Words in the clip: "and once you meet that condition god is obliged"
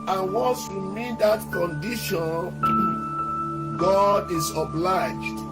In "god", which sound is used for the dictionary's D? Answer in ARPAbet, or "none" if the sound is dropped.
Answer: D